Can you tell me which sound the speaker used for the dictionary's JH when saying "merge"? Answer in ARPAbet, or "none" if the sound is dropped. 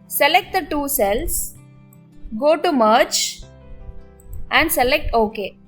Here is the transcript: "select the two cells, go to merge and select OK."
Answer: CH